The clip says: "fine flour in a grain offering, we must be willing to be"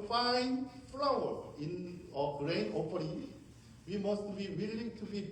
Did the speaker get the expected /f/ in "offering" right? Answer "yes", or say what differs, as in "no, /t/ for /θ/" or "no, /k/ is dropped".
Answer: no, /p/ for /f/